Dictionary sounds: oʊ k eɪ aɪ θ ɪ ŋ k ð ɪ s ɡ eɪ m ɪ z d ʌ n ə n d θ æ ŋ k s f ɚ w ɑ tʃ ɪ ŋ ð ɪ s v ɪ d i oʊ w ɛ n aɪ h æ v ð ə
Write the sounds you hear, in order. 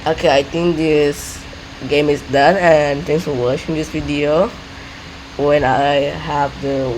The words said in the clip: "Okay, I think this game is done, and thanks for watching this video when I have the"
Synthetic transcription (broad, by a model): oʊ k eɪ aɪ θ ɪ ŋ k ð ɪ s ɡ eɪ m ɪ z d ʌ n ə n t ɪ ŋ s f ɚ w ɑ ʃ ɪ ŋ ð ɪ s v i d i oʊ w ɛ n aɪ h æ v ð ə